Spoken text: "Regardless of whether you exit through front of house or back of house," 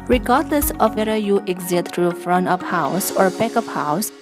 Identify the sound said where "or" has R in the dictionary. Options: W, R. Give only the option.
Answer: R